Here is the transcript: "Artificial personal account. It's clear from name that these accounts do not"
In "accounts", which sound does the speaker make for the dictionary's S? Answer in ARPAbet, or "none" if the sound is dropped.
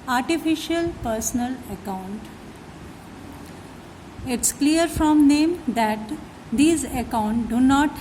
none